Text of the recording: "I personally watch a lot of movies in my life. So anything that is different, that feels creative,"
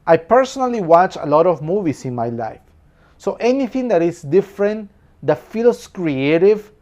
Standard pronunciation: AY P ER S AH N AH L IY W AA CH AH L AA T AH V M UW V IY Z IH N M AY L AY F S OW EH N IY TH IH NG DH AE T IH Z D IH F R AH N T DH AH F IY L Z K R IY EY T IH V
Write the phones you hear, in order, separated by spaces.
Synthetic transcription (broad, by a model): AY P ER S AH N AH L IY W AA CH AH L AA T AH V M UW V IY S IH N M AY L AY F S OW EH N IY TH IH NG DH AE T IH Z D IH F R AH N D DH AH F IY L S K R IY EY T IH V